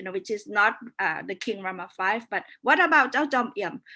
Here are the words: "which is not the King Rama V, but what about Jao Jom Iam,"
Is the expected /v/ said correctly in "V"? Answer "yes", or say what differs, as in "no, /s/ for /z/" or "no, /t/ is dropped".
no, /f/ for /v/